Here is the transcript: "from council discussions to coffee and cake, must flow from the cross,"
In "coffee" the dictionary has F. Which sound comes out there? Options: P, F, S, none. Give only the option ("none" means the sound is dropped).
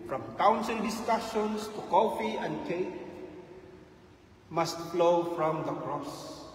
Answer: F